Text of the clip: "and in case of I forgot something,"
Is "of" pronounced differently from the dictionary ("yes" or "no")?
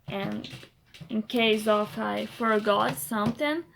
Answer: yes